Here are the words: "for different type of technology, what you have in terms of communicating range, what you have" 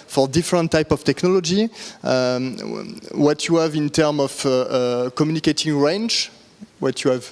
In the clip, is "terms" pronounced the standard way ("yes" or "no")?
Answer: no